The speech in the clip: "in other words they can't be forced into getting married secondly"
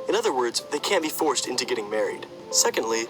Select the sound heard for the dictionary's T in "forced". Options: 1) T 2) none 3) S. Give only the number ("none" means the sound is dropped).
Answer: 1